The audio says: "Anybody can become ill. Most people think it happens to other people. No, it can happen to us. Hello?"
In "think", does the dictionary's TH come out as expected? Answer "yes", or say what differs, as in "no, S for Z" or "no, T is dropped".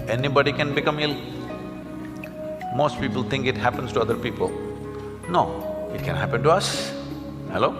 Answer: no, T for TH